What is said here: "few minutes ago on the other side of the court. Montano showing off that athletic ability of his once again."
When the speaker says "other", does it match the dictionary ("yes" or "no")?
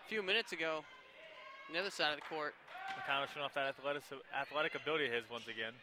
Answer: yes